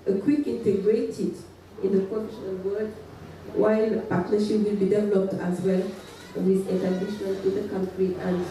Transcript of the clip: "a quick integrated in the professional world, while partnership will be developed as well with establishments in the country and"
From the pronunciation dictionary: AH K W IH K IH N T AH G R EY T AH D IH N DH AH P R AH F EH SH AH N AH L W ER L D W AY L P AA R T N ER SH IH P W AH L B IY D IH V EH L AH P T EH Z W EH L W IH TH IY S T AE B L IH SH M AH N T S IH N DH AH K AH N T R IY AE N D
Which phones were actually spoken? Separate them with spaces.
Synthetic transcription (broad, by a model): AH K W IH K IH N T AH G R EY T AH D IH N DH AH P R AH F EH SH AH N AH L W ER D W AY L P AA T N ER SH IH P W AH L B IY D IH V EH L AH P T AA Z W EH L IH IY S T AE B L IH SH AH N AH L IH N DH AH K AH N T R IY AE N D